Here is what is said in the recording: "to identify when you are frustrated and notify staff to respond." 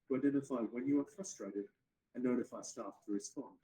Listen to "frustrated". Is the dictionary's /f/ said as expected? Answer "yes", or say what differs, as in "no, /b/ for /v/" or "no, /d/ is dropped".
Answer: yes